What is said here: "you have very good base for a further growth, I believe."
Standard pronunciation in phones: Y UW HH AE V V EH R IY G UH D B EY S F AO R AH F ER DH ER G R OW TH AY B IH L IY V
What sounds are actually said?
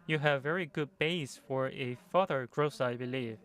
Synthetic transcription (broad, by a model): Y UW HH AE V V EH R IY G UH D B EY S F AO R AH F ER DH ER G R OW S AY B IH L IY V